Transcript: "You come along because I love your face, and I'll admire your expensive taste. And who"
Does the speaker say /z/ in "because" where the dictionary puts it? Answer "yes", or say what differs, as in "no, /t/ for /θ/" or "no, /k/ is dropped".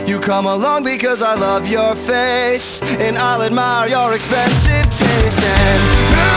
yes